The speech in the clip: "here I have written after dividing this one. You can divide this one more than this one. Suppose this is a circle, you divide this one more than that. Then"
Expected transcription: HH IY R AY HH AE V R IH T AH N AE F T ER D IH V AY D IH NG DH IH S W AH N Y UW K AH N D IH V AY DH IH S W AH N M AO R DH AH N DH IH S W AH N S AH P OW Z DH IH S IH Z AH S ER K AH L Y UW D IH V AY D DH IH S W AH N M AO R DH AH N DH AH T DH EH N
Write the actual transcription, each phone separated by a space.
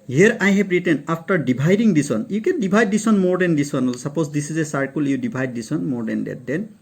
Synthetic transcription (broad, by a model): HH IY R AY HH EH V R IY T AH N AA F T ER D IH B AY D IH NG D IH S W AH N Y UW K AH N D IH B AY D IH S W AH N M AO R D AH N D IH S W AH N S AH P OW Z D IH S IH Z AH S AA K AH L Y UW D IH B AY D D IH S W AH N M AO R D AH N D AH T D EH N